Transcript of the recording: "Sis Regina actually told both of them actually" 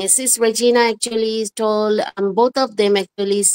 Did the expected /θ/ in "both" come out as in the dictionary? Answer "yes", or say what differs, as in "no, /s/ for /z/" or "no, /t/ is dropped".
no, /t/ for /θ/